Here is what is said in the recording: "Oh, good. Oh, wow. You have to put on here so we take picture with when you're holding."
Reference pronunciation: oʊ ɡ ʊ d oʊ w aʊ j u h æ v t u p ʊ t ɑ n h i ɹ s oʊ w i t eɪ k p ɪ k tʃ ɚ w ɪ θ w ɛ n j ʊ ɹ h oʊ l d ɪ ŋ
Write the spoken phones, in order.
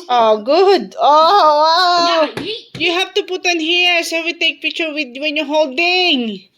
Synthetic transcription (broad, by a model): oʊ ɡ ʊ d oʊ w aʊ j u h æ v t u p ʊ t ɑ n h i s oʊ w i t eɪ k p ɪ k tʃ ɚ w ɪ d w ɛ n j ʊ h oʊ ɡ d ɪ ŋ